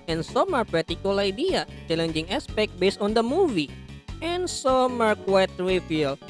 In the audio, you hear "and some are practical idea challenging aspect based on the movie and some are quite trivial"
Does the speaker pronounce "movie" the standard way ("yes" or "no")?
yes